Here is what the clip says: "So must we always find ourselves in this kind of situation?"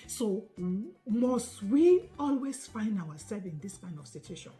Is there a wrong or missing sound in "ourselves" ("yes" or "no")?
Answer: yes